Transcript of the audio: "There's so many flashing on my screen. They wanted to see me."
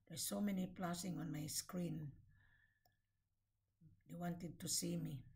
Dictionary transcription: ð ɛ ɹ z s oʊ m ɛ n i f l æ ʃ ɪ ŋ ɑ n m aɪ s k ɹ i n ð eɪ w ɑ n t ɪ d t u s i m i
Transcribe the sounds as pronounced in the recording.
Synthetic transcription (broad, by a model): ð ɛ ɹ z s oʊ m ɛ n i p l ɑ s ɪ ŋ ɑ n m aɪ s k ɹ i n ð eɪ w ɑ n t ɪ d t u s i m i